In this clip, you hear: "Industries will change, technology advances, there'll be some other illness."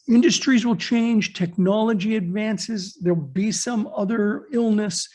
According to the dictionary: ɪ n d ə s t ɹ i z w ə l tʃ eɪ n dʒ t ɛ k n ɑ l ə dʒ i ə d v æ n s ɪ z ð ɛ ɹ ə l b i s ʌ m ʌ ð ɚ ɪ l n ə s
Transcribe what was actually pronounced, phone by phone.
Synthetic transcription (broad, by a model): ɪ n d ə s t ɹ i z w ə l tʃ eɪ n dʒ t ɛ k n ɑ l ə dʒ i ə d v æ n s ɪ z ð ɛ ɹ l b i s ʌ m ʌ ð ɚ ɪ l n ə s